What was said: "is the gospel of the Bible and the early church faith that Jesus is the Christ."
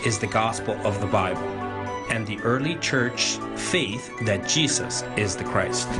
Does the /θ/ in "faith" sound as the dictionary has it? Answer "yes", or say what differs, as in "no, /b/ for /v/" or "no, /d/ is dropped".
yes